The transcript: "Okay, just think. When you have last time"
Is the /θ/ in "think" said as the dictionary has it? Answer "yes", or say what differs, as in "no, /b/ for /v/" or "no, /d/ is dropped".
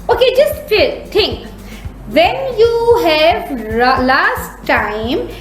no, /t/ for /θ/